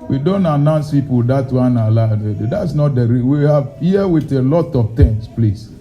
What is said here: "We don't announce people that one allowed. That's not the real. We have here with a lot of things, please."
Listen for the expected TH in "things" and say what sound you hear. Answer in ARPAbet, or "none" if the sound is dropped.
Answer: T